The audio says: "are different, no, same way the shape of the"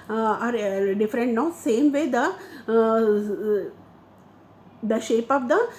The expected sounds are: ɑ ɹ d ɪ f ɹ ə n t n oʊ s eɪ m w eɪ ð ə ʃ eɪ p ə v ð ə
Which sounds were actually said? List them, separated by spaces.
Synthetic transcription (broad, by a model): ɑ ɹ d ɪ f ɹ ə n t n oʊ s eɪ m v eɪ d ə ʃ eɪ p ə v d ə